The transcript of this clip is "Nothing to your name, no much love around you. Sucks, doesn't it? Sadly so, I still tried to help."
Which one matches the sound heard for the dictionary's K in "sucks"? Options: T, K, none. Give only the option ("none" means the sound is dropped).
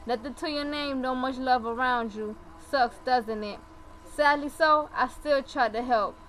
K